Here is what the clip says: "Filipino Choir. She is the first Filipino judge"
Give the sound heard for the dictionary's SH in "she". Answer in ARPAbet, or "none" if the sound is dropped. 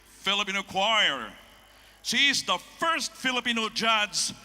S